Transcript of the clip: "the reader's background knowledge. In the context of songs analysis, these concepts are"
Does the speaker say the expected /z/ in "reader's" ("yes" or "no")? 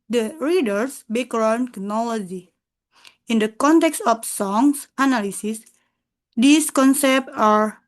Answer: no